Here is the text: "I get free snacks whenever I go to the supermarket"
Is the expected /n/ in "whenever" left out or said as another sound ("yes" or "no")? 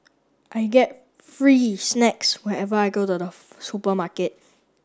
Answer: yes